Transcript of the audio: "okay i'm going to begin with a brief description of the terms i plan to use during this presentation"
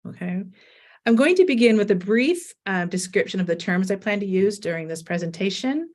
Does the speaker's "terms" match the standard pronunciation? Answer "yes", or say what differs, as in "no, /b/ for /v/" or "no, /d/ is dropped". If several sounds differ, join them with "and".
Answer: yes